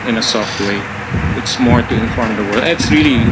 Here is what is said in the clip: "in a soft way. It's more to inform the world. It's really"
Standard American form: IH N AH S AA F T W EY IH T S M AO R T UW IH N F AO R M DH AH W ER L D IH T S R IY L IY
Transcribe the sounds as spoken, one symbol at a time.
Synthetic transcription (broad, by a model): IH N AH S AA F T W EY IH T S M AO R T UW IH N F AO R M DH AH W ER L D IH T S R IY L IY